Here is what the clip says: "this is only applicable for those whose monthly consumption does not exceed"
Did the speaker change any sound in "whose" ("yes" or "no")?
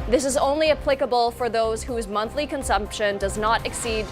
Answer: no